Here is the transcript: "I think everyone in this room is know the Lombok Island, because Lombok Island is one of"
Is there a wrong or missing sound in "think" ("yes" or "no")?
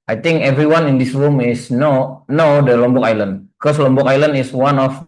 yes